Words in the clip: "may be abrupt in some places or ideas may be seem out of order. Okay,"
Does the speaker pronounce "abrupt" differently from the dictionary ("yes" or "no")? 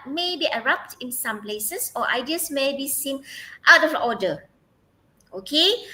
yes